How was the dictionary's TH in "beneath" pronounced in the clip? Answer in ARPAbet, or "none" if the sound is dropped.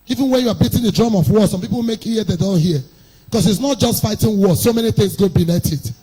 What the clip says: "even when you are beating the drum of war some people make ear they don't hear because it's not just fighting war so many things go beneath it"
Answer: T